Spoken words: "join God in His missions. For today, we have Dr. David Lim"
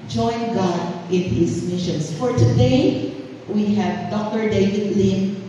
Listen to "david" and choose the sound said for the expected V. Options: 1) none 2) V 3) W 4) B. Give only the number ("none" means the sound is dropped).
2